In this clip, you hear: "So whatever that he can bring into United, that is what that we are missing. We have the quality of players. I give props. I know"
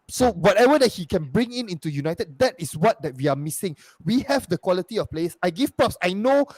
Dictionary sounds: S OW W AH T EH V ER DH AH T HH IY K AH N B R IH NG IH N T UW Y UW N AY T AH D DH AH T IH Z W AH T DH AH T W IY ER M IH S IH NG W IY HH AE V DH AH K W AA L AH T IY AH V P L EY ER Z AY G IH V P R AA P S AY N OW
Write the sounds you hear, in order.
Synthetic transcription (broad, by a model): S OW W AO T EH V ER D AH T HH IY K AH N B R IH NG IH N T UW Y UW N AY T AH D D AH T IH S W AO T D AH T W IY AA M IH S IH NG W IY HH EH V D AH K W AA L AH T IY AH F P L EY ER S AY G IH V P R AA P S AY N OW